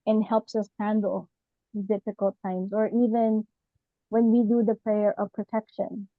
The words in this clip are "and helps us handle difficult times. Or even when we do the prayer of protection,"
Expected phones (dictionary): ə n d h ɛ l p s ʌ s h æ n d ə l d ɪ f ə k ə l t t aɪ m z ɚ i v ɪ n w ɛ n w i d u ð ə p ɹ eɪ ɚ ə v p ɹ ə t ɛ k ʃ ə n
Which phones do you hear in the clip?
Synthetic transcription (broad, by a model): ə n h ɛ l p s ʌ s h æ n d l d ɪ f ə k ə l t t aɪ m z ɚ i v ɪ n w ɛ n w i d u ð ə p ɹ eɪ ɚ ə v p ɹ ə t ɛ k ʃ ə n